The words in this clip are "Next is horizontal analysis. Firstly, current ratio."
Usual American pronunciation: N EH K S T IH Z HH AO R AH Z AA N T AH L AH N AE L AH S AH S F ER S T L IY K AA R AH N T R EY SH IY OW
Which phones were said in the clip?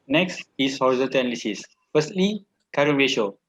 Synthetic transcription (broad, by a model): N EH K S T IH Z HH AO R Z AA T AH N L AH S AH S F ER S T L IY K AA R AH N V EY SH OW